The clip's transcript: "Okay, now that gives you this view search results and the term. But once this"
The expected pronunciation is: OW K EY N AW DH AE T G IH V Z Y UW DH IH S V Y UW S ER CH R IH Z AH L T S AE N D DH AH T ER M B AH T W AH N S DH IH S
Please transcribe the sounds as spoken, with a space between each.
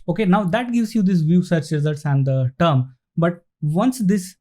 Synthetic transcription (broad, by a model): OW K EY N AW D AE T G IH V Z Y UW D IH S V Y UW S ER CH R IH Z AH L T S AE N D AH T ER M B AH T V AH N S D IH S